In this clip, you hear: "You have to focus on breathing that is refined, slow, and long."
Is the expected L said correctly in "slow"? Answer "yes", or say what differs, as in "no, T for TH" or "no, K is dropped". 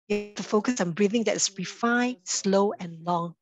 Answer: yes